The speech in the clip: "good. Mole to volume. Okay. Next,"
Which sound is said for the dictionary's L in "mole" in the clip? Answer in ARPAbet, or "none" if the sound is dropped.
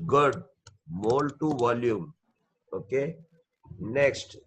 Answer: L